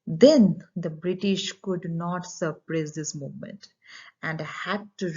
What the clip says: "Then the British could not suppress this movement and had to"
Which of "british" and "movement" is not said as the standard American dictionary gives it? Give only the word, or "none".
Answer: none